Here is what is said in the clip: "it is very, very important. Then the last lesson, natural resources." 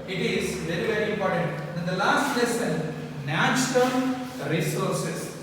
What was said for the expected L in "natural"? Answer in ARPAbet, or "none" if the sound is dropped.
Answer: N